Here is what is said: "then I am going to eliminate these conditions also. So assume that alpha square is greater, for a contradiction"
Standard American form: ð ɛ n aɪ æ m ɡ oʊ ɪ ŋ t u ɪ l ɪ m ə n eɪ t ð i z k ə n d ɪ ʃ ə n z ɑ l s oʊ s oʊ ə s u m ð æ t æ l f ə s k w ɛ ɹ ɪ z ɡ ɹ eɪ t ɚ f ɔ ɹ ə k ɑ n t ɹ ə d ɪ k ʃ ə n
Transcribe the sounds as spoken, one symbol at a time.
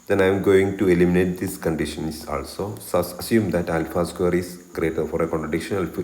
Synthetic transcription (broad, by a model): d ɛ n aɪ m ɡ oʊ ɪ ŋ t u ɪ l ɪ m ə n eɪ t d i s k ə n d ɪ ʃ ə n s ɑ l s oʊ s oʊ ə s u m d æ t æ l f ə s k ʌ ɹ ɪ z ɡ ɹ eɪ t ɚ f ɔ ɹ ə k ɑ n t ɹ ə d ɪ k ʃ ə n